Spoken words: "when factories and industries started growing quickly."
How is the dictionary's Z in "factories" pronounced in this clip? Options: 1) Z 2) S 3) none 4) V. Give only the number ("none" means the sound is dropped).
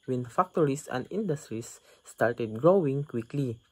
2